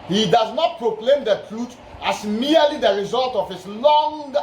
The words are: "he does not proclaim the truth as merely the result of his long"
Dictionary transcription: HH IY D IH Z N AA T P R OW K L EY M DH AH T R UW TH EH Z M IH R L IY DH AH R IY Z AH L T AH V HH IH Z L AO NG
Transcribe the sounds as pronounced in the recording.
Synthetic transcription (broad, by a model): HH IY D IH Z N AA T P R OW K L EY M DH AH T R UW T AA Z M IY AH L IY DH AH R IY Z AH L T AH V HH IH S L AO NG